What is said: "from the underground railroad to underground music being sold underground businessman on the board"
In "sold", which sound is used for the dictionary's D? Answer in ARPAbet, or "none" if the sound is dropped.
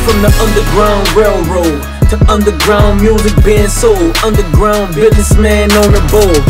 none